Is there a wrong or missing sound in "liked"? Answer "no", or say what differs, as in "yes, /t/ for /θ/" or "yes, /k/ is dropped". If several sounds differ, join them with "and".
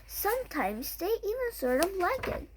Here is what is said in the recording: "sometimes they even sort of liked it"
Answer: yes, /t/ is dropped